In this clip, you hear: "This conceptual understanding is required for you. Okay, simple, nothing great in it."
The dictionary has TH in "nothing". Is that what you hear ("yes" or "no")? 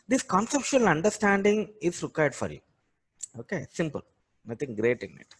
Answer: no